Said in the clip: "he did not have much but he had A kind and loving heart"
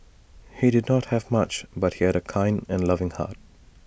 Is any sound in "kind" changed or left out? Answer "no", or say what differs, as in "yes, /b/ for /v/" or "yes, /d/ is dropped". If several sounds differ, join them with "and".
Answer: no